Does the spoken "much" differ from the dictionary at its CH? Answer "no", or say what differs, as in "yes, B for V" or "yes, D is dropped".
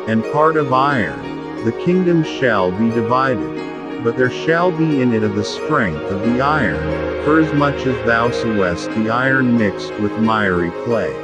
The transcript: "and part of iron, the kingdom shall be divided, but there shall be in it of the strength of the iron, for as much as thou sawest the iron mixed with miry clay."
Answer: no